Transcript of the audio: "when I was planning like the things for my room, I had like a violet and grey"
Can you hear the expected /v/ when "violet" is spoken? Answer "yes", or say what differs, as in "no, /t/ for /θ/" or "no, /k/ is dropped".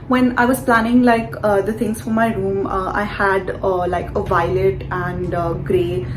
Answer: yes